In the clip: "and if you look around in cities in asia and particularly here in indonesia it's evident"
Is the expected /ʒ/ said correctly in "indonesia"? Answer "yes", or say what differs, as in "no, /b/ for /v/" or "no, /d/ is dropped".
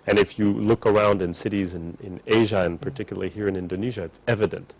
yes